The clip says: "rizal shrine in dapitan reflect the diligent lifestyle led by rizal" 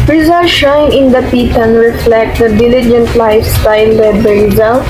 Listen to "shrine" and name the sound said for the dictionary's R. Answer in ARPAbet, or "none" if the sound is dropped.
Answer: none